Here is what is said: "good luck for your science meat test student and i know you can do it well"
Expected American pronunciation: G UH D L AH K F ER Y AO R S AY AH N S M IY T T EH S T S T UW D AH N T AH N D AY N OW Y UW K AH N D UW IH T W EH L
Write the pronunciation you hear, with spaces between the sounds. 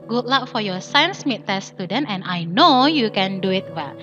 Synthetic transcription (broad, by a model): G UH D L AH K F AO Y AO S AY AH N S M IY T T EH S S T UW D AH N T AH N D AY N OW Y UW K AH N D UW IH T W EH L